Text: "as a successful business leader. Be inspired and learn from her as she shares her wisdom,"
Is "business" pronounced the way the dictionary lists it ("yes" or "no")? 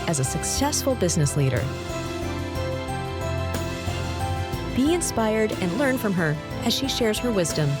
yes